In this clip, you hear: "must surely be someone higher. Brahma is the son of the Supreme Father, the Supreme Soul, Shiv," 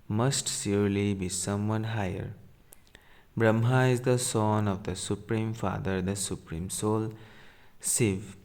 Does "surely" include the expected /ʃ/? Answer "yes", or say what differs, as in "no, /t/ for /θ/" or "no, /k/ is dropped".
no, /s/ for /ʃ/